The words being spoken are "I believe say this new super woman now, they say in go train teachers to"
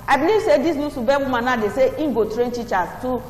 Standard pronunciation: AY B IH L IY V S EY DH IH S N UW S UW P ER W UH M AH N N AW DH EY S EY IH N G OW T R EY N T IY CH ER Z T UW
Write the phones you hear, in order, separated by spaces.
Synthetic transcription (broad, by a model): AY B IH L IY V S EY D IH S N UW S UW B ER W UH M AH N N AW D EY S EY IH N G OW T R EY N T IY CH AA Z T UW